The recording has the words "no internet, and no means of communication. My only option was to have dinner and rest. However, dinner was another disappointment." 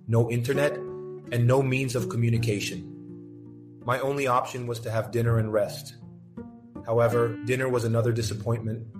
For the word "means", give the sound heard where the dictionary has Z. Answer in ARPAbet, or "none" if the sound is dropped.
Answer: Z